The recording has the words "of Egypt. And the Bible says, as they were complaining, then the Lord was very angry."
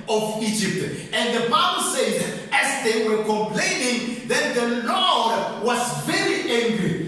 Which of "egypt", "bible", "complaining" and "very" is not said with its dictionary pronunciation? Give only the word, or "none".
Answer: none